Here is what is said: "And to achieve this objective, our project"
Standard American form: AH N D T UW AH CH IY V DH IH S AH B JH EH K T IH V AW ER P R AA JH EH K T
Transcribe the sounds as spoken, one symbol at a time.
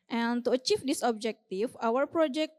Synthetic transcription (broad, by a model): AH N T UW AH CH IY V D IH S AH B JH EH K T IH F AW ER P R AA JH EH K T